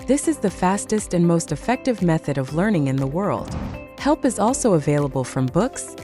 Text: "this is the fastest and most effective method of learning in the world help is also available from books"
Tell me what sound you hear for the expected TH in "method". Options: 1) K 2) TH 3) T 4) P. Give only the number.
2